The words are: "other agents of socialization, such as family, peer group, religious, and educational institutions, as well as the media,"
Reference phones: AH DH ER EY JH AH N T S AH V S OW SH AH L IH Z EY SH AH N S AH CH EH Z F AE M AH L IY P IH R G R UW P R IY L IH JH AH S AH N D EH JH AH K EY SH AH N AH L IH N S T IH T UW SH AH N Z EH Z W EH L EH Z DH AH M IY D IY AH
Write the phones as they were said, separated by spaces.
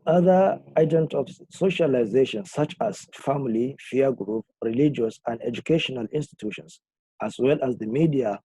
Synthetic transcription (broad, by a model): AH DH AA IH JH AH N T AH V S OW SH AH L IH Z EY SH AH N S AH CH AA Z F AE M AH L IY F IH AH G R UW P R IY L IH JH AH S AH N D EH JH AH K EY SH AH N AH L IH N S T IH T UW SH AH N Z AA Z W EH L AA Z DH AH M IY D IY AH